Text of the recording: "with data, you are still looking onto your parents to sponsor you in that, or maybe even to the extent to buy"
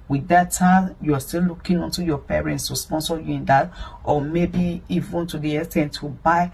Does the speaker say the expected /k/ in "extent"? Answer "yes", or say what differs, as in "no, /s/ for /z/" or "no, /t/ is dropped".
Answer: no, /k/ is dropped